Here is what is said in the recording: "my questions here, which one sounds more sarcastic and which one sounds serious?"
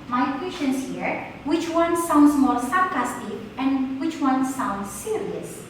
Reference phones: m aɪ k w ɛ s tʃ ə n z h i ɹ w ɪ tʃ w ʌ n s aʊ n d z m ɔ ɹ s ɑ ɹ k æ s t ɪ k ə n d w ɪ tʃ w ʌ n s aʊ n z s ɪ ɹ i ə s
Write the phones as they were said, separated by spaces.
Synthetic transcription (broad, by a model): m aɪ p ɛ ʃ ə n s h i ɹ w ɪ tʃ w ʌ n s aʊ n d s m ɔ l s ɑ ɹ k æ s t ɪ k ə n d w ɪ tʃ w ʌ n s aʊ n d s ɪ ɹ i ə s